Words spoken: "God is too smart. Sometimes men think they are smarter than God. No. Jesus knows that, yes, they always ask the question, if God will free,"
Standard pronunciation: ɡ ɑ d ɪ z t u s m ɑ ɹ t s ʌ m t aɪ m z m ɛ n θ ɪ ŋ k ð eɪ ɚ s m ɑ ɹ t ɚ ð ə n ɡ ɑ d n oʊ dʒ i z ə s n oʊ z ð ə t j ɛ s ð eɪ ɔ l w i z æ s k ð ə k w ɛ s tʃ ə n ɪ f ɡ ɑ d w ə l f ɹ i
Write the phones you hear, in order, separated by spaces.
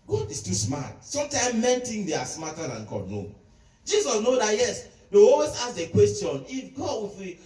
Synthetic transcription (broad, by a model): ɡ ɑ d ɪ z t u s m ɑ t s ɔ m t aɪ m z m ɛ n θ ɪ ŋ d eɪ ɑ s m ɑ t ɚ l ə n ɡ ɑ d n oʊ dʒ i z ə s n oʊ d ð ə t j ɛ s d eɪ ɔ w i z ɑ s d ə k w ɛ s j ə n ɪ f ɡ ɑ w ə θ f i